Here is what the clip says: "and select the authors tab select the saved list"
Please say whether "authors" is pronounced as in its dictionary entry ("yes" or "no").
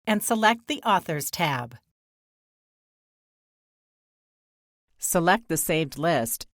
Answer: yes